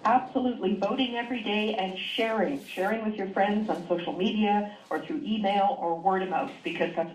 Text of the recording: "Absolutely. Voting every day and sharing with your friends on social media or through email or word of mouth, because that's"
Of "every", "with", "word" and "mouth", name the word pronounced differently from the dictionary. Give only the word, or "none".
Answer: mouth